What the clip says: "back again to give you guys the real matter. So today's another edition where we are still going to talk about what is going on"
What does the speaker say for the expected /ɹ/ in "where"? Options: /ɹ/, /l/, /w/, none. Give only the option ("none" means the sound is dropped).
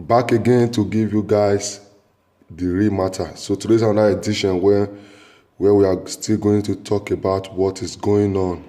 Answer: /w/